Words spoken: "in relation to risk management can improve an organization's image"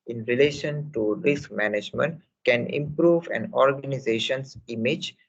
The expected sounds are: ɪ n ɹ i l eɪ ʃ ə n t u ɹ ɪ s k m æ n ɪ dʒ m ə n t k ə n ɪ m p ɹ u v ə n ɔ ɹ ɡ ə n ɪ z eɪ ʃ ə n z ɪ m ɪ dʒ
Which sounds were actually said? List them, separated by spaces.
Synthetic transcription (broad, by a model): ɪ n ɹ i l eɪ ʃ ə n t u ɹ ɪ s k m æ n ɪ dʒ m ə n t k ə n ɪ m p ɹ u v ə n ɔ ɹ ɡ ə n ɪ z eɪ ʃ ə n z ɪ m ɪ dʒ